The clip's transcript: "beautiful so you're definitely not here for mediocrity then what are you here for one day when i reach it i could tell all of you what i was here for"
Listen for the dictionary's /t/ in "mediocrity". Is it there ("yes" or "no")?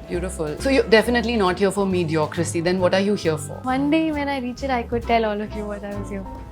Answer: no